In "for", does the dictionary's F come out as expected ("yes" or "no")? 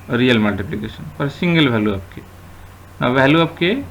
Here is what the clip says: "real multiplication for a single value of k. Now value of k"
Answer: no